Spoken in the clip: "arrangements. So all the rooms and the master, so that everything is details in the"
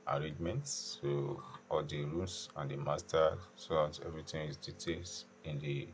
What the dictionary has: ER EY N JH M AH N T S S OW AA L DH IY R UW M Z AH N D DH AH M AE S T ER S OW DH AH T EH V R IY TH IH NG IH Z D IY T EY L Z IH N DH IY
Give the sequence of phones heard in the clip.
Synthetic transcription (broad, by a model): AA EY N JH M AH N T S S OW AA L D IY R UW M S AH N D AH M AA S T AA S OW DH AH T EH V R IY T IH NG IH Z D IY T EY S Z IH N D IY